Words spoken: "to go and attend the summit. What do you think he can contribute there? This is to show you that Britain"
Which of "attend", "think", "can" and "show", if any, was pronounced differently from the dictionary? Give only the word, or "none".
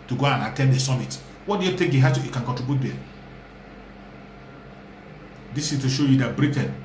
think